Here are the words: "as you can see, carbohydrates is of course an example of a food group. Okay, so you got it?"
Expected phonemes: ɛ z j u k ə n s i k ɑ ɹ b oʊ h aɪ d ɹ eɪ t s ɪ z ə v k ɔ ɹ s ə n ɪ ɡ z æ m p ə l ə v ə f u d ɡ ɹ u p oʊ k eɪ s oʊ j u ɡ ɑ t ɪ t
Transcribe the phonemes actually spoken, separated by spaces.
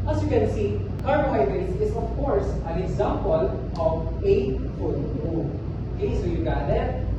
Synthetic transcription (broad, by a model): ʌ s j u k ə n s i k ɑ ɹ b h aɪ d eɪ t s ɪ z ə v k ɔ ɹ s ə n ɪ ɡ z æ m p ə l ə v ə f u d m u oʊ k eɪ s oʊ j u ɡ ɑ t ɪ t